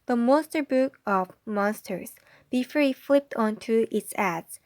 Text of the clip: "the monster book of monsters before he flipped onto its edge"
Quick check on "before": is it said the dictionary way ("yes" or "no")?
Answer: yes